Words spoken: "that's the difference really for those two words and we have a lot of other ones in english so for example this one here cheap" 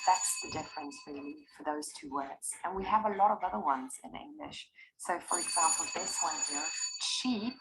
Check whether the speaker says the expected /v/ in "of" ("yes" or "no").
yes